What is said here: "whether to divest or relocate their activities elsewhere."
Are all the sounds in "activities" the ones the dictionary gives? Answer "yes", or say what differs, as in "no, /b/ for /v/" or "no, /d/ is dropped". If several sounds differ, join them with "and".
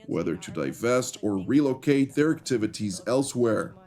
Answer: yes